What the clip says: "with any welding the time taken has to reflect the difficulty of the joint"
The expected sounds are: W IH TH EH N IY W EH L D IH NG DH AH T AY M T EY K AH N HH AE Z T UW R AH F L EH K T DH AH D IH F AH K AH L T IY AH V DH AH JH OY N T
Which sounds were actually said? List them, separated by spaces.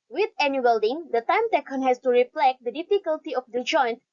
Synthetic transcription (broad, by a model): W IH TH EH N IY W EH L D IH NG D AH T AY M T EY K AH N HH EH S T UW R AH P L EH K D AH D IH F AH K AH L T IY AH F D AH JH OY N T